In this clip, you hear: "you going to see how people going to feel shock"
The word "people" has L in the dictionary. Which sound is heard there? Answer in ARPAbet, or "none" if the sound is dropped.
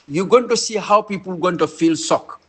L